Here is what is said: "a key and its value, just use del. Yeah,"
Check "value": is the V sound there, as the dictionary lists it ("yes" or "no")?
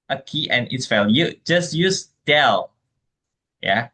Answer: no